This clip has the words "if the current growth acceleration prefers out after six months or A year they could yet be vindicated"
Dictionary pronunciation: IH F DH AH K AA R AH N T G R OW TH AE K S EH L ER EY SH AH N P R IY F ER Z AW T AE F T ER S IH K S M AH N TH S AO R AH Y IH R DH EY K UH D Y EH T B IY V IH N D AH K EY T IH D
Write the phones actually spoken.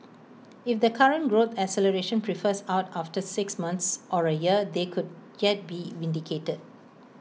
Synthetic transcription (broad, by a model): IH F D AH K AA R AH N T G R OW T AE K S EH L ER EY SH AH N P R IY F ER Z AW T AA F T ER S IH K S M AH N T S AO R AH Y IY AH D EY K UH D Y EH T B IY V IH N D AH K EY T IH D